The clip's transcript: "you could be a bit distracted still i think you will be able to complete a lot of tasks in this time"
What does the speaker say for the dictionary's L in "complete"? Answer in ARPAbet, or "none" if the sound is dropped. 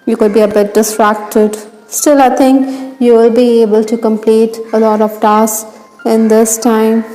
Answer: L